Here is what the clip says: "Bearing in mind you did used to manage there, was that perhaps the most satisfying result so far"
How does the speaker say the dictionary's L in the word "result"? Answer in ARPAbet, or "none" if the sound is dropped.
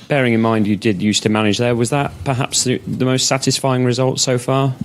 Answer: L